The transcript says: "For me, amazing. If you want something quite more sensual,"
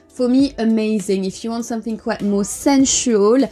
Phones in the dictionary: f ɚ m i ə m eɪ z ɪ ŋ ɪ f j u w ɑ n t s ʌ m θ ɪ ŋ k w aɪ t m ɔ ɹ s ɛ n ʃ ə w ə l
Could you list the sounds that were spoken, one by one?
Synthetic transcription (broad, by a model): f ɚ m i ə m eɪ z ɪ ŋ ɪ f j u w ɑ n t s ʌ m θ ɪ ŋ k w aɪ t m ɔ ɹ s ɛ n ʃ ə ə l